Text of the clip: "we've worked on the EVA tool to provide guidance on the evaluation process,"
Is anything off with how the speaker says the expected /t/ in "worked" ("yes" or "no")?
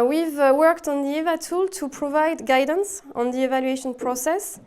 no